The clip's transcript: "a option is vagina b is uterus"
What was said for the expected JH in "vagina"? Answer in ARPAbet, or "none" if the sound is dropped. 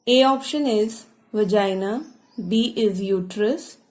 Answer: JH